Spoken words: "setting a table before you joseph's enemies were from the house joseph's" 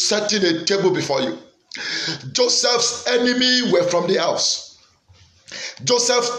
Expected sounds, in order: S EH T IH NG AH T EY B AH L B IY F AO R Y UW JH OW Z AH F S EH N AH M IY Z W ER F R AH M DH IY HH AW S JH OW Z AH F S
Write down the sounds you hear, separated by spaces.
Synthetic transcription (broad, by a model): S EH T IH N AH T EY B AH L B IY F AO Y UW JH OW S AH F S EH N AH M IY W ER F R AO M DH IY HH AW S JH OW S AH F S